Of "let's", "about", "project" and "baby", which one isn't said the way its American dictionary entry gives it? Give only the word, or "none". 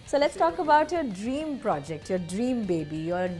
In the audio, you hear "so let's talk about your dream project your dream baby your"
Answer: none